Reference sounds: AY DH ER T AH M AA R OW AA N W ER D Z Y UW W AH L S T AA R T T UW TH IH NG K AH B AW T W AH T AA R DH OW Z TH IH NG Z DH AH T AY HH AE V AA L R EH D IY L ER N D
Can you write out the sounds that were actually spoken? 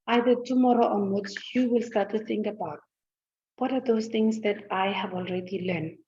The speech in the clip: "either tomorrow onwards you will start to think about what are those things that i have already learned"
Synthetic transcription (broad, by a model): AY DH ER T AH M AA R OW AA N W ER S Y UW W AH L S T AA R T T UW TH IH NG K AH B AW T W AH T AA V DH OW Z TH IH NG S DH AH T AY HH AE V AA L R EH D IY L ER N